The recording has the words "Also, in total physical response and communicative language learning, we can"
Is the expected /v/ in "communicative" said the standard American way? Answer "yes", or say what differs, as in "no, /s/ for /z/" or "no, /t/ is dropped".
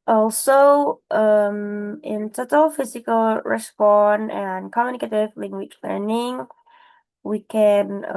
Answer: yes